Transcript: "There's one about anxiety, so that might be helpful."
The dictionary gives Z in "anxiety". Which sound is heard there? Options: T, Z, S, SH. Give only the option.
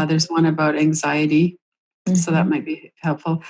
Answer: Z